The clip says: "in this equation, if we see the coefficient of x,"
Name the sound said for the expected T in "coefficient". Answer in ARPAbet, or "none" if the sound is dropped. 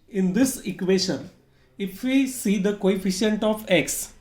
T